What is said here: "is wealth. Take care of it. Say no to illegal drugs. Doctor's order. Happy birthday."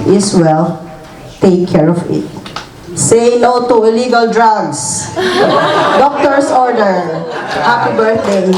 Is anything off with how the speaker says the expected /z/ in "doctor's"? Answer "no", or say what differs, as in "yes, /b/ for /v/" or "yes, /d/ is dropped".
yes, /s/ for /z/